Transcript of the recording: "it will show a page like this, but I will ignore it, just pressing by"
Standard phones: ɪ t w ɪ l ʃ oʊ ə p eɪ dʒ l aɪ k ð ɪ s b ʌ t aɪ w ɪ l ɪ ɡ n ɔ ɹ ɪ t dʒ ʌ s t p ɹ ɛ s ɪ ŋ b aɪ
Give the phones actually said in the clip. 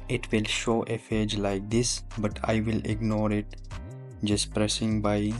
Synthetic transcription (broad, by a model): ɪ t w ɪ l ʃ oʊ ə f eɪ dʒ l aɪ k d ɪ s b ʌ t aɪ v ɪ l ɪ ɡ n ɔ ɹ ɪ t dʒ ʌ s t p ɹ ɛ s ɪ ŋ b aɪ